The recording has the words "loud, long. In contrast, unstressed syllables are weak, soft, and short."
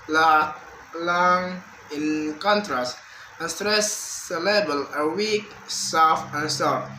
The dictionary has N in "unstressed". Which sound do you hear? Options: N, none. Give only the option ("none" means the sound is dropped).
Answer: none